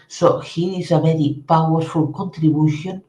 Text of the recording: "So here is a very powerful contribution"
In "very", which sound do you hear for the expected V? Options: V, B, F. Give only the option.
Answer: B